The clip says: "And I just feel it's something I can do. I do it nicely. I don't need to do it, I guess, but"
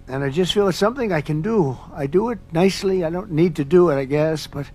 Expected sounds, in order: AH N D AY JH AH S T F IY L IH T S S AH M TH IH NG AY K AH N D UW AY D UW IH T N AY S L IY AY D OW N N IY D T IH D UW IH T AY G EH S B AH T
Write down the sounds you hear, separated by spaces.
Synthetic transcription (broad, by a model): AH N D AY JH AH S T F IY L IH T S S AH M TH IH NG AY K AH N D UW AY D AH IH T N AY S L IY AY D OW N N IY D T IH D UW IH T AY G EH S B AH T